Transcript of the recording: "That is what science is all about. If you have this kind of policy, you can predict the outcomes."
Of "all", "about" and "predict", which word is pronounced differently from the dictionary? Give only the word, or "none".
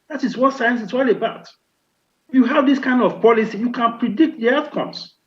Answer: none